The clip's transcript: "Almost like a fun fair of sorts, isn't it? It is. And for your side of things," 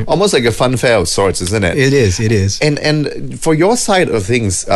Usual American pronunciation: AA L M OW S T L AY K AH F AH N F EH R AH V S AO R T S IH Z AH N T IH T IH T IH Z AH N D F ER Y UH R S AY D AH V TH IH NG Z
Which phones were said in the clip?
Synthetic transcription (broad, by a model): AA L M OW S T L AY K AH F AH N F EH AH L S AO R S IH Z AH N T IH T IH T IH Z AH N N F ER Y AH R S AY D AH V TH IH NG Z